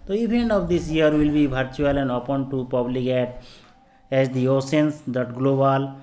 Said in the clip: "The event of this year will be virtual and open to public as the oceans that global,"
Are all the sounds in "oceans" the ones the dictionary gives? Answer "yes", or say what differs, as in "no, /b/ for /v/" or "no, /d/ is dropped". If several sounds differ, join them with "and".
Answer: no, /s/ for /ʃ/